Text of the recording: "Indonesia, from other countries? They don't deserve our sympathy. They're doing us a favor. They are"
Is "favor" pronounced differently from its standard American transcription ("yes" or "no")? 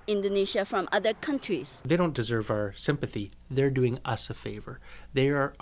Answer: no